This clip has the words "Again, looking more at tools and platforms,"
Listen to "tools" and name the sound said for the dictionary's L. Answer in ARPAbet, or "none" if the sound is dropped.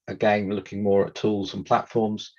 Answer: L